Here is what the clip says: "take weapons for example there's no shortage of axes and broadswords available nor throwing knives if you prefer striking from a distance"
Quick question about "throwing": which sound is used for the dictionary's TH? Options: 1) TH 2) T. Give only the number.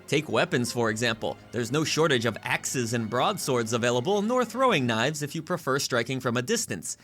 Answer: 1